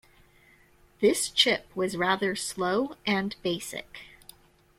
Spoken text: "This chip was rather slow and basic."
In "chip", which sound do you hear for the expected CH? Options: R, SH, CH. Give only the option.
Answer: CH